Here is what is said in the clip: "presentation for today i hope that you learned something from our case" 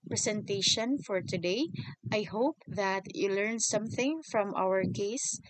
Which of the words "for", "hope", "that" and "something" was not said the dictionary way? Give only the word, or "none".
none